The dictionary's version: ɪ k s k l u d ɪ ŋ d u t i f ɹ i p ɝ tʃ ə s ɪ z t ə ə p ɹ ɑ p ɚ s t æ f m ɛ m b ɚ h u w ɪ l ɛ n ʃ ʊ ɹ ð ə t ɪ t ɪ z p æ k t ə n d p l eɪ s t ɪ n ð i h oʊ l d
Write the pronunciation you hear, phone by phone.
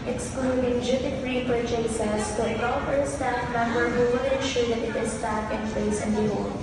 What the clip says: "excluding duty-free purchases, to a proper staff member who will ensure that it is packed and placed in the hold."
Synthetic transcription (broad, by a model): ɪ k s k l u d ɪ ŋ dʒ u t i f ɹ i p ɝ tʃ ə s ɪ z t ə p ɹ ɑ p ɚ s t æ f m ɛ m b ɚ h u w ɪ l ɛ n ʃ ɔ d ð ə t ɪ t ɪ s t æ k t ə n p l eɪ s ɪ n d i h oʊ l